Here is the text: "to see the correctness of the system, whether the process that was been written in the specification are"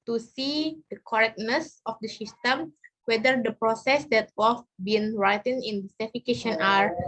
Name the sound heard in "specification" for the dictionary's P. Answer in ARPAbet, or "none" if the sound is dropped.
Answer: none